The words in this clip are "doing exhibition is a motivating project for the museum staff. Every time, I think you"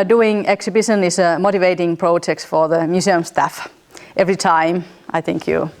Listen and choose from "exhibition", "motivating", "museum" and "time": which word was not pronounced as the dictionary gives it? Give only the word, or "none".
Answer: museum